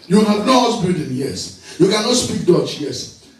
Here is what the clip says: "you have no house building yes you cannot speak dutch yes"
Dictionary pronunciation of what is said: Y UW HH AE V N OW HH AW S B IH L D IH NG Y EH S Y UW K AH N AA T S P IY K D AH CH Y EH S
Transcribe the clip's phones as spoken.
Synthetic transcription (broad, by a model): Y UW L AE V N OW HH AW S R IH D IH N Y EH S Y UW K AH N AA T S P IY K D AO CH Y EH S